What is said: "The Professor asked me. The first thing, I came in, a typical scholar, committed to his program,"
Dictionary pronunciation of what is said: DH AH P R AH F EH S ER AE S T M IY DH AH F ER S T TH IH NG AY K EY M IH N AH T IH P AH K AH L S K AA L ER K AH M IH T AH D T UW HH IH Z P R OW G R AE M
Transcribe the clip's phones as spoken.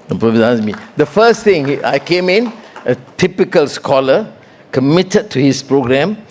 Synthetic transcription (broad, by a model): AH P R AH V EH AA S M IY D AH F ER S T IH NG AY K EY M IH N AH T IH P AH K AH L S K AA L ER K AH M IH T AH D T UW HH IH S P R OW G R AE M